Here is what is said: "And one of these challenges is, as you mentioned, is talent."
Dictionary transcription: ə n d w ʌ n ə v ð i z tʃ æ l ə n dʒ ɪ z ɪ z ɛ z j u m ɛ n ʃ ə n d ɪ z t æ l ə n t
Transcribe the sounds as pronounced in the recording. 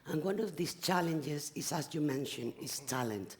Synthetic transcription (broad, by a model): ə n w ʌ n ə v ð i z tʃ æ l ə n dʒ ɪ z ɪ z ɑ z j u m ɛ n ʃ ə n ɪ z t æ l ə n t